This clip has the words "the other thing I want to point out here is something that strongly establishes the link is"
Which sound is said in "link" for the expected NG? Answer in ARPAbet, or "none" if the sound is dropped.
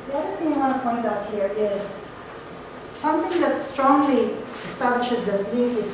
none